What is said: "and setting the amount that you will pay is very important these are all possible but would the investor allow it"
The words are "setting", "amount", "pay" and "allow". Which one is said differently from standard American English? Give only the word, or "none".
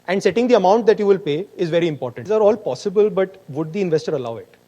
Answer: none